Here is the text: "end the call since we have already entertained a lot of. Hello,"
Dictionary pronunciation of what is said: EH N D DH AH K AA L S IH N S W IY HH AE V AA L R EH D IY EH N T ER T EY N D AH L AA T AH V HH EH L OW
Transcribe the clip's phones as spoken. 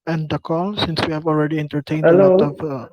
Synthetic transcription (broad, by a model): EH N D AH K AA L S IH N S W IY HH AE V AA L R EH D IY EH N T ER T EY N AH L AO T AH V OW